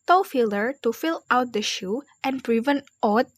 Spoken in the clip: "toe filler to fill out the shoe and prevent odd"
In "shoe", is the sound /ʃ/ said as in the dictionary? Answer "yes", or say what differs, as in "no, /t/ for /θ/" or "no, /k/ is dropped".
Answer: yes